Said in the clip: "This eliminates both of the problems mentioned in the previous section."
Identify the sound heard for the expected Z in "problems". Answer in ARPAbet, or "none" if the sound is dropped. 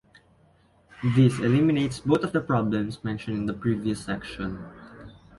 S